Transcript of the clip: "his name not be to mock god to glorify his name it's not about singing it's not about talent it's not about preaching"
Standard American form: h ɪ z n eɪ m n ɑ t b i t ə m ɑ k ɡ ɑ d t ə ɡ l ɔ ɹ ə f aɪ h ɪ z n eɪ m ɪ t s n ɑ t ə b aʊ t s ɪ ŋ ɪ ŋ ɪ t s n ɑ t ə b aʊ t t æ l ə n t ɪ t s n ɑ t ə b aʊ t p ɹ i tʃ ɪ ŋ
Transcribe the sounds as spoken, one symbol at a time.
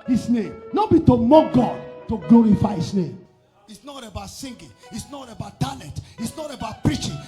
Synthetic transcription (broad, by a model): h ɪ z n eɪ m n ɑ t b i t ə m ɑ ɡ ɑ d t ə ɡ l ɔ ɹ ə f aɪ h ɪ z n eɪ m ɪ t s n ɑ t ə b aʊ t s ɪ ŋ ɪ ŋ ɪ t s n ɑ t ə b aʊ t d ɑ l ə t ɪ t s n ɑ t ə b aʊ t p ɹ i tʃ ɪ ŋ